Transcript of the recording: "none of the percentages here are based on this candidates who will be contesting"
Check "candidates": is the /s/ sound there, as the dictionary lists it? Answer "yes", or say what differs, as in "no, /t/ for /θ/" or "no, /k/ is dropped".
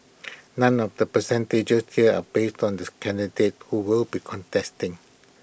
no, /s/ is dropped